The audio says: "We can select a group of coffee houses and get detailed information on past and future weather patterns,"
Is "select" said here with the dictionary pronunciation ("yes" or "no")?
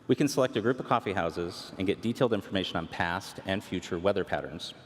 yes